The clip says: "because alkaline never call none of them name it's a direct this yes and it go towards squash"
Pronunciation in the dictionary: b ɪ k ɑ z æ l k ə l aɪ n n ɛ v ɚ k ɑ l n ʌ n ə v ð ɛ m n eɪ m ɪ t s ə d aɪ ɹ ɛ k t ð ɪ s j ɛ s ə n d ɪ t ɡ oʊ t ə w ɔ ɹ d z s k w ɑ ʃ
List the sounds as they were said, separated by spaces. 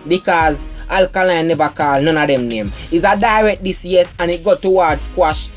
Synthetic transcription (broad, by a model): b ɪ k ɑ z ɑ l k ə l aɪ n n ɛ v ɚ k ɑ l n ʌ n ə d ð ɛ m n eɪ m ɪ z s ə d aɪ ɹ ɛ k t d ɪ s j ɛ ə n ɪ t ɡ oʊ t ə w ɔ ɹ d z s k w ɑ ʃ